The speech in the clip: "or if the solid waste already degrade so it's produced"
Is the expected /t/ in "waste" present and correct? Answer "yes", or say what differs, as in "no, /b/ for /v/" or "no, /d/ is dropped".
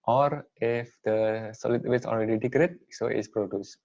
no, /t/ is dropped